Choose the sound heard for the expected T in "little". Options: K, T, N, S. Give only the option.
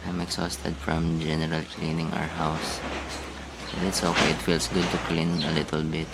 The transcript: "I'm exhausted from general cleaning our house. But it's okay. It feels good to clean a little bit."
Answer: T